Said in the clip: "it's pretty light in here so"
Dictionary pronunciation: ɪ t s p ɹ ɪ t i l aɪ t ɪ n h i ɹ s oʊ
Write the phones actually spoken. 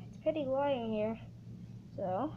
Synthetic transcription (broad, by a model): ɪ t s p ɹ ɪ t i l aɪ ɪ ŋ h i ɹ s oʊ